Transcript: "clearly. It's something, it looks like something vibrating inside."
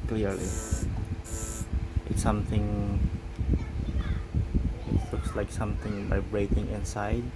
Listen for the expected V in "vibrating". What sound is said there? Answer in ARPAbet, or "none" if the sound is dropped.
B